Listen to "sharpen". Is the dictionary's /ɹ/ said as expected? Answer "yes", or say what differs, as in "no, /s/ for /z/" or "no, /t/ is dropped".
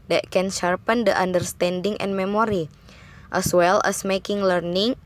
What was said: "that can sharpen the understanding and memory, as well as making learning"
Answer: yes